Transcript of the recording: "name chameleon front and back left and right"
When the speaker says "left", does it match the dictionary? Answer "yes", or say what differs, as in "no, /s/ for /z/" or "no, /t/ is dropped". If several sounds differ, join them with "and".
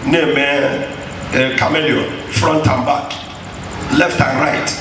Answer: yes